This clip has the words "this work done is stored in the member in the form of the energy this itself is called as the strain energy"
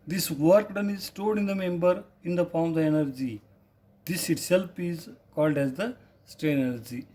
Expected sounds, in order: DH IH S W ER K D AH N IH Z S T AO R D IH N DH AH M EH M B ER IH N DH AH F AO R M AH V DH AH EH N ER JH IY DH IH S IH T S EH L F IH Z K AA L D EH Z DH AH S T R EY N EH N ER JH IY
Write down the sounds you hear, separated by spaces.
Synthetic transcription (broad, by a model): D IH S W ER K D AH N IH Z S T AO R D IH N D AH M EH M B ER IH N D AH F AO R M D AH EH N ER JH IY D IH S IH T S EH L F IH Z K AA L D EH Z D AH S T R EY EH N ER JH IY